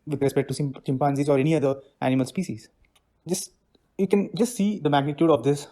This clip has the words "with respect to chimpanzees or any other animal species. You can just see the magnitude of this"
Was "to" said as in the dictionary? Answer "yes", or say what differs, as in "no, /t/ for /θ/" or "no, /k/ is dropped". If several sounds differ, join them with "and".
no, /s/ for /t/